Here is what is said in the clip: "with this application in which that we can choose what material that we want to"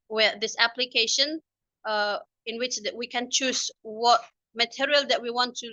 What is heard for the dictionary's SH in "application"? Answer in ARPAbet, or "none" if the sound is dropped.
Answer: SH